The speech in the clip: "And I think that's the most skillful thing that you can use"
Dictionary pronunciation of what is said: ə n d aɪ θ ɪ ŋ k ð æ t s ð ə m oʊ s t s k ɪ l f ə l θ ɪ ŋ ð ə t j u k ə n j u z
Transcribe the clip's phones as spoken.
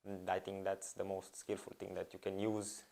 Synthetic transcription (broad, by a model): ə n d aɪ t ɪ ŋ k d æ t s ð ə m oʊ s t s k ɪ l f ə l t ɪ ŋ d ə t j u k ə n j u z